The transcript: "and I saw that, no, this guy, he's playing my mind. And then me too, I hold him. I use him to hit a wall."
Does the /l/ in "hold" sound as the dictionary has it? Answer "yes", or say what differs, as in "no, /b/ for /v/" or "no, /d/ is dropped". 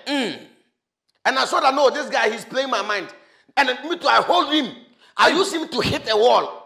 yes